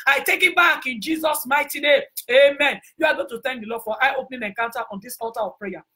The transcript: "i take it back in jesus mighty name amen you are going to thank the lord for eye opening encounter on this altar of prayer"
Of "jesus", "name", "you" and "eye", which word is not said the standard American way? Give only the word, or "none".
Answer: name